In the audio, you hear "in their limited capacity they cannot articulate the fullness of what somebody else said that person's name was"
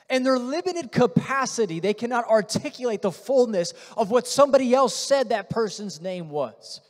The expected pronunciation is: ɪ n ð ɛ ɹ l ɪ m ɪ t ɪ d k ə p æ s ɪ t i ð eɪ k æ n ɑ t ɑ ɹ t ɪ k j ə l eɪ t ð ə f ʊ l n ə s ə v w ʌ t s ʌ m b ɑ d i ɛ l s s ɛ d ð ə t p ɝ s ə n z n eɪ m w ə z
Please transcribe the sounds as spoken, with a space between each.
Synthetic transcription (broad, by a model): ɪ n ð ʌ ɹ l ɪ m ɪ t ɪ d k ə p æ s ɪ t i ð eɪ k æ n ɑ t ɑ ɹ t ɪ k j ə l eɪ t ð ə f ʊ l n ə s ə v w ʌ t s ʌ m b ɑ d i ɛ l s s ɛ d ð ə t p ɝ s ə n z n eɪ m w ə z